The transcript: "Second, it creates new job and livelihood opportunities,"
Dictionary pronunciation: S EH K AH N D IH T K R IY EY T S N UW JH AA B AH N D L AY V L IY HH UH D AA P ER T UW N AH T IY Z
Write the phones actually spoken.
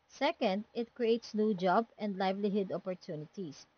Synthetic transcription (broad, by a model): S EH K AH N D IH T K R IY EY T S N UW JH AA B AH N D L AY V L IY HH UH D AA P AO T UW N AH T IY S